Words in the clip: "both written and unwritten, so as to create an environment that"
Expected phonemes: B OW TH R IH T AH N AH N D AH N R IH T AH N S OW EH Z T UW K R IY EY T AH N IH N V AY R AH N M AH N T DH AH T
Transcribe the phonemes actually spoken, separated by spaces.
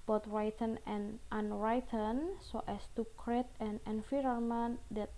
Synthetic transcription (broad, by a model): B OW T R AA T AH N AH N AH N R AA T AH N S OW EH S T UW K R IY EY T AH N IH N F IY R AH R M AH N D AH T